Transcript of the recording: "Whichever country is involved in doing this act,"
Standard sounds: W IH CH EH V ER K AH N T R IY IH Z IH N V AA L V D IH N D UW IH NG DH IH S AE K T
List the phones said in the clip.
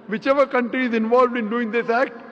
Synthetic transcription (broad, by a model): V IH CH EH V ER K AH N T R IY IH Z IH N V AA L V D IH N D UW IH NG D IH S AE K T